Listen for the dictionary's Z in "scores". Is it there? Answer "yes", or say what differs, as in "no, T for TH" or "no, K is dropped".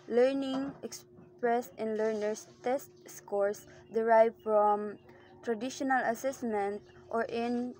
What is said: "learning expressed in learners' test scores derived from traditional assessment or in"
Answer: no, S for Z